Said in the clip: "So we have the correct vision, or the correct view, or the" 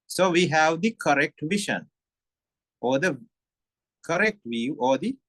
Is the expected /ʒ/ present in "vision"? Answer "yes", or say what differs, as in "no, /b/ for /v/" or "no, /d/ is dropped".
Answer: no, /ʃ/ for /ʒ/